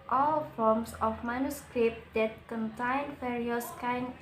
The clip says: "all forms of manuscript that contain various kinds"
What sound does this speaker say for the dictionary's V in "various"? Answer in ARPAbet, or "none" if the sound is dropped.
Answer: F